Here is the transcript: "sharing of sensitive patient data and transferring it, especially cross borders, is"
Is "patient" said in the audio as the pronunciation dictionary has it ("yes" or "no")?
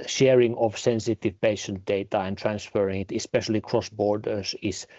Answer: yes